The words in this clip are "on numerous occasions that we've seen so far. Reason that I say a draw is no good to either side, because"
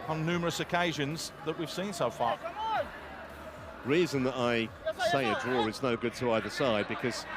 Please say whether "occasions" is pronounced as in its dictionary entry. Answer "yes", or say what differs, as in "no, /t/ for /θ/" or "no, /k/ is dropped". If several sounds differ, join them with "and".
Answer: yes